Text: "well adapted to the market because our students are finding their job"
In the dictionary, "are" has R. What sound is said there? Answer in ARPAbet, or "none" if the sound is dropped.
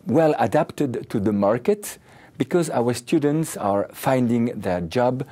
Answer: R